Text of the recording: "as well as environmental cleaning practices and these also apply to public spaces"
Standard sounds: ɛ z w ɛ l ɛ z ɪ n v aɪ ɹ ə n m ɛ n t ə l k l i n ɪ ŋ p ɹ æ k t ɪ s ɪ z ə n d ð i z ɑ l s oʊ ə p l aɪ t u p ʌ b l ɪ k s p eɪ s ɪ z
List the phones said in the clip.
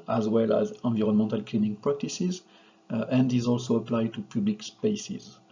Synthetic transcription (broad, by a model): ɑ z w ɛ l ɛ z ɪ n v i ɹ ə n m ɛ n t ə l k l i n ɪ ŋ p ɹ æ k t ɪ s ɪ z ə n d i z ɑ l s oʊ ə p l aɪ t u p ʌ b l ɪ k s p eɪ s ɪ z